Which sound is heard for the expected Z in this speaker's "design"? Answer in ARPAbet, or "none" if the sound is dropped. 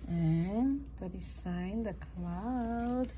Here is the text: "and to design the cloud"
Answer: S